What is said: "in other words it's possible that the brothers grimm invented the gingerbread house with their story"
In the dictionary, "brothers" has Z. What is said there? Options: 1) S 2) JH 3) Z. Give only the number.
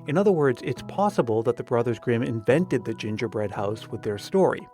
3